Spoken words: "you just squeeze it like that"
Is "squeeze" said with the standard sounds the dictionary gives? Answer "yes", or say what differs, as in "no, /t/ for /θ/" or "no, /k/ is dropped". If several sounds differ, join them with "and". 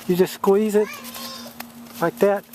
yes